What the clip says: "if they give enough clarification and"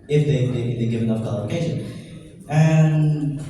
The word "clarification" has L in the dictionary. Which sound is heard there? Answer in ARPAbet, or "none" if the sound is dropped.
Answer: none